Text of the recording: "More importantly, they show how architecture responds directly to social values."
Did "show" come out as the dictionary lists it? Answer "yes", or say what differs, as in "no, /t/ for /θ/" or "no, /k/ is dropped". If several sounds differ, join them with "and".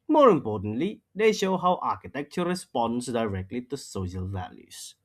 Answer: yes